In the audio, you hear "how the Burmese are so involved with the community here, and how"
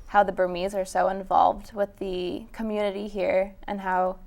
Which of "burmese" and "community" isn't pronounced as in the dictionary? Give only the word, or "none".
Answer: none